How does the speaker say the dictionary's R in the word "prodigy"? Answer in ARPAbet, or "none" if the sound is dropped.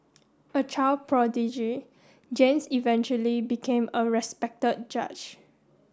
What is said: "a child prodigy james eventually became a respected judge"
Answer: R